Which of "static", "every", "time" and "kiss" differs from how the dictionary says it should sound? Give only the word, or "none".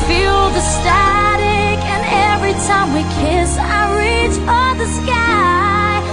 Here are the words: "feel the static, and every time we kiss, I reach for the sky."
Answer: none